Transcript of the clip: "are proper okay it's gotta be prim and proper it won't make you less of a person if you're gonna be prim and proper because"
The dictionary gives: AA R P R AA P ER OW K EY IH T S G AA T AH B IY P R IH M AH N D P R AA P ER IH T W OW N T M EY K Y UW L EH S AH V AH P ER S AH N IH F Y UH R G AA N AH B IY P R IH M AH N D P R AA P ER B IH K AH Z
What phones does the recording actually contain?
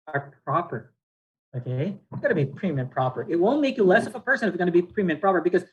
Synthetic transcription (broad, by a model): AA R P R AA P ER OW K EY IH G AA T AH B IY P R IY M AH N P R AA P ER IH T W OW N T M EY K Y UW L EH S AH V AH P ER S AH N IH F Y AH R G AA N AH B IY P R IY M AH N P R AA P ER B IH K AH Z